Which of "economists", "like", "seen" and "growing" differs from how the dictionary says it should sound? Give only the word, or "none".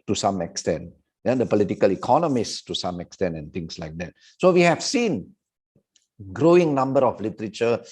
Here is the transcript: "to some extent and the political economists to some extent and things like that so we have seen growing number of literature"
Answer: none